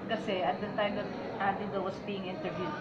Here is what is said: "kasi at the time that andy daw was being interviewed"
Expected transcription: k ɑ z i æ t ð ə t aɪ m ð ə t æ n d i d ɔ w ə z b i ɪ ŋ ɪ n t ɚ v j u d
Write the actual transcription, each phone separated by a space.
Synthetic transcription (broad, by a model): k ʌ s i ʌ t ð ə t aɪ m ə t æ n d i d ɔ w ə s b i ɪ ŋ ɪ n t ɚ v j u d